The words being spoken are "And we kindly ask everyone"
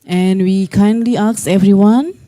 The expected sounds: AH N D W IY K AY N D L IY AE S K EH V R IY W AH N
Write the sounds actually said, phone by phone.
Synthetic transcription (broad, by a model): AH N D W IY K AY N D L IY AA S EH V R IY W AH N